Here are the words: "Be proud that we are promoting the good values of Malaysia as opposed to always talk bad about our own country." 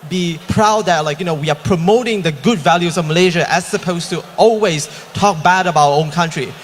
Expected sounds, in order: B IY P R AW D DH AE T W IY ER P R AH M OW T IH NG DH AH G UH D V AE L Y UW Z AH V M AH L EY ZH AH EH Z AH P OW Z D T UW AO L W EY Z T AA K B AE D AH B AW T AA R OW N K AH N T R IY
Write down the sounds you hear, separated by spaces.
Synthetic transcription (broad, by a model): B IY P R AW D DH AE T W IY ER P R AH M OW T IH NG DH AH G UH D V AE L Y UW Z AH V M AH L EY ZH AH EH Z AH P OW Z T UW AO L W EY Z T AA K B AE D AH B AW AH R OW N K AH N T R IY